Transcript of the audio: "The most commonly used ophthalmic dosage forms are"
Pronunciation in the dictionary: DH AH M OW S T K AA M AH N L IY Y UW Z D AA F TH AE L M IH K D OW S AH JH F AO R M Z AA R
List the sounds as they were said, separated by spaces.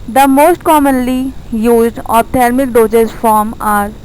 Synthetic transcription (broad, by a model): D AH M OW S T K AA M AH N L IY Y UW Z D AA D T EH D M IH K D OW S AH Z F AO R M AA R